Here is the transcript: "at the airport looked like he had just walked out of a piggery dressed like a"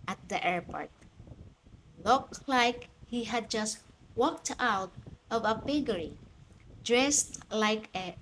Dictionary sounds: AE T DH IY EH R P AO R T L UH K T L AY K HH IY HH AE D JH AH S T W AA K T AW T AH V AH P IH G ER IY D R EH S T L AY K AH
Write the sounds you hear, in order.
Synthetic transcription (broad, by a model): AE T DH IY EH R P AO R T L UH K T L AY K HH IY HH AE D JH AH S T W AA K T AW T AH V AH B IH G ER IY D R EH S T L AY K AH